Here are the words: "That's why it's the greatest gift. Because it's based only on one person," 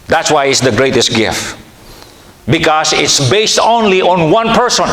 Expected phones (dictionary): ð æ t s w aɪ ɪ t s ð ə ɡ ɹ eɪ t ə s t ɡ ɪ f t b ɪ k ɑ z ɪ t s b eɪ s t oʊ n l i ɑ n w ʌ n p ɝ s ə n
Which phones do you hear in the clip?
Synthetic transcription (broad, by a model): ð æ t s w aɪ ɪ t s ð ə ɡ ɹ eɪ t ə s t ɡ ɪ f t b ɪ k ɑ s ɪ t s b eɪ s t oʊ n l i ɑ n w ʌ n p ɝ s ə n